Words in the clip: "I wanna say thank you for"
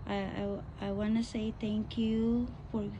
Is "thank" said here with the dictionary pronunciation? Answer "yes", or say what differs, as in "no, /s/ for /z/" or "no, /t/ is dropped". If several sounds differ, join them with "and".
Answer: no, /t/ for /θ/